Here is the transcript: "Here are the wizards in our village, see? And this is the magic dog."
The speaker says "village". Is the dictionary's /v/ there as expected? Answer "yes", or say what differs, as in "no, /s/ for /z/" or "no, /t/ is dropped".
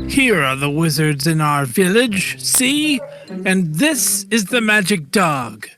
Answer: yes